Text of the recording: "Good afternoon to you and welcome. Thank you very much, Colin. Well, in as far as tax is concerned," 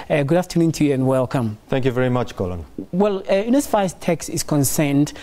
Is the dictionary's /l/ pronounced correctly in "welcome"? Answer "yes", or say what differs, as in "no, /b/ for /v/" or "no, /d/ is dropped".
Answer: yes